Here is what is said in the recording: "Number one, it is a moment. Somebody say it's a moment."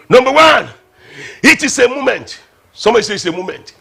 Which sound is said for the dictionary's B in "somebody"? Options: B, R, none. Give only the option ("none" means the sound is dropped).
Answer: none